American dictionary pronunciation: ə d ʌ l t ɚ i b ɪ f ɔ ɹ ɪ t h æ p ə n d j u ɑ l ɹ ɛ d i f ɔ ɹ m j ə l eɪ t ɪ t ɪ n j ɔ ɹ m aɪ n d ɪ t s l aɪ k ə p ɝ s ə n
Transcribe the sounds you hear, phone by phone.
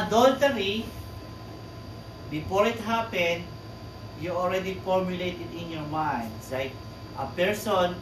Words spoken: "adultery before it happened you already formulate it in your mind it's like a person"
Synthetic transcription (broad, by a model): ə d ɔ l t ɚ i b ɪ f ɔ ɹ ɪ t h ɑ p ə n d j u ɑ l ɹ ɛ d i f ɔ ɹ m j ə l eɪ t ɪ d ɪ n j ɔ ɹ m aɪ n d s l aɪ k ə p ɝ s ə n